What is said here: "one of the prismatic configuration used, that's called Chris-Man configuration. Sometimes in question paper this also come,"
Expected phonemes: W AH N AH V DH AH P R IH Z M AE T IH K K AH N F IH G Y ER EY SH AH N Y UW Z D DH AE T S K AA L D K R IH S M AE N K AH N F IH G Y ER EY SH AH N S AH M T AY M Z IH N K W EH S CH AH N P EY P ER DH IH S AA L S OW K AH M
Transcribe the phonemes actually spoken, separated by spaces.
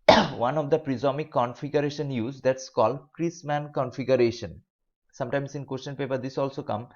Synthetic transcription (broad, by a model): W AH N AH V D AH P R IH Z AO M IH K K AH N F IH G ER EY SH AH N Y UW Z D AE T S K AA L D K R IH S M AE N K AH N F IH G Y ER EY SH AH N S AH M T AY M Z IH N K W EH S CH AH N P EY P ER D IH S AA L S OW K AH M